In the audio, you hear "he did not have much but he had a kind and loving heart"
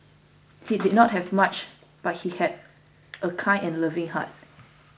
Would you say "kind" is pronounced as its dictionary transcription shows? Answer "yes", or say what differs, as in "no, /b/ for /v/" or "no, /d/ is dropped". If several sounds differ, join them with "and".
no, /d/ is dropped